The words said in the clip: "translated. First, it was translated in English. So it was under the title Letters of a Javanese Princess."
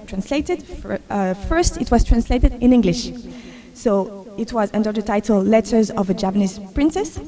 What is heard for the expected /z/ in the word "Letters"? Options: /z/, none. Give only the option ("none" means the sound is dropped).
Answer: /z/